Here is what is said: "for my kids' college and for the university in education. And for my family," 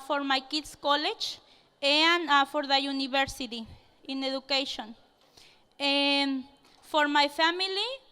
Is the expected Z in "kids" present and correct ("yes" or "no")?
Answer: no